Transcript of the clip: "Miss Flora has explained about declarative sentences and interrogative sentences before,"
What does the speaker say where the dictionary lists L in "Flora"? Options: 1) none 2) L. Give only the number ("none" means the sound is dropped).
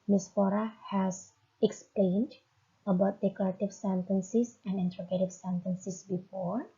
1